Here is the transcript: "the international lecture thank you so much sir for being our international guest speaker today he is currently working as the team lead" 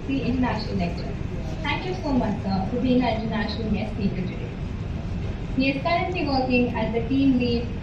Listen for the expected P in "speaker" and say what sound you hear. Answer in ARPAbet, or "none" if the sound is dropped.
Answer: none